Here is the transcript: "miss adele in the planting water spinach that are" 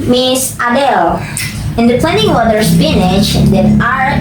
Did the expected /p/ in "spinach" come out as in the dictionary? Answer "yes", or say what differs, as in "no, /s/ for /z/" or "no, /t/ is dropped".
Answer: no, /f/ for /p/